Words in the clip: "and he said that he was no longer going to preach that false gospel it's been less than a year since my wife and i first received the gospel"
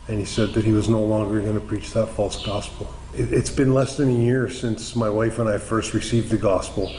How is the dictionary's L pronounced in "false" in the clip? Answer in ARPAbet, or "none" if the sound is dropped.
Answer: L